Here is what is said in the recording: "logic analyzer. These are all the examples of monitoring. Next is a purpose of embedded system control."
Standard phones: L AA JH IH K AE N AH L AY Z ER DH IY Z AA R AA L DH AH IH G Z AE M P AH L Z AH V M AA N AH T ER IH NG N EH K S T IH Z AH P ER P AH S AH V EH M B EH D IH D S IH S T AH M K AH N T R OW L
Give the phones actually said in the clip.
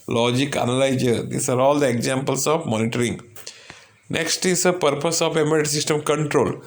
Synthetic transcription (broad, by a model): L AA JH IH K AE N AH L AY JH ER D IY S AA R AA L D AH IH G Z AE M P AH L S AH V M AA N AH T ER IH NG N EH K S T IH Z AH P ER P AH S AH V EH M EH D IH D S IH S T AH M K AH N T R OW L